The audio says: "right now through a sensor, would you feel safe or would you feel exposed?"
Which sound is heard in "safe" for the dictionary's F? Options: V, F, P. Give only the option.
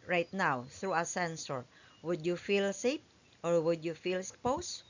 P